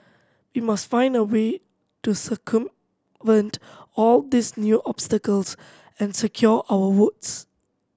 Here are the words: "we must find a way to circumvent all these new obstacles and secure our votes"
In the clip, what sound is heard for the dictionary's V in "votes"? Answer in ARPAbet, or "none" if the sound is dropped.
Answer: W